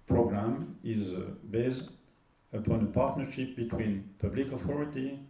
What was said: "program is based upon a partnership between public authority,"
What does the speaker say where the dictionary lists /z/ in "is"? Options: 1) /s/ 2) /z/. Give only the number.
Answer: 2